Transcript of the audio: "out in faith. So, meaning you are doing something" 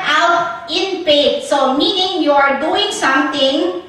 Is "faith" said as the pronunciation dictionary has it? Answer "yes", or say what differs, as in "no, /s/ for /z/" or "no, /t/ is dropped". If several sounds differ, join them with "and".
no, /p/ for /f/